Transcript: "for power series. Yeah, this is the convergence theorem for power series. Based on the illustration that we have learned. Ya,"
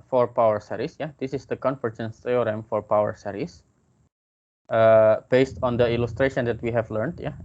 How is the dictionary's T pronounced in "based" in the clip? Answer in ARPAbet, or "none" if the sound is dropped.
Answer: T